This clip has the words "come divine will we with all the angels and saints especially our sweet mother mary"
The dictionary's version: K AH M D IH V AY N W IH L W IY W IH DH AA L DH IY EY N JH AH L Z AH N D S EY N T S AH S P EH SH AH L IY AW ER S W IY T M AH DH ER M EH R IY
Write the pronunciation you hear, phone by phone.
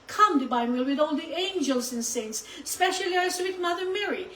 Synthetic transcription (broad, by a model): K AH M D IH B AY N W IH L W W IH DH AA L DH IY EY N JH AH L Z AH N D S EY N T S S P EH SH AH L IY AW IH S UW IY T M AH DH ER M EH R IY